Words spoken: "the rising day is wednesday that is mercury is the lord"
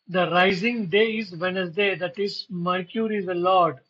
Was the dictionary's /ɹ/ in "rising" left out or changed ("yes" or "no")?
no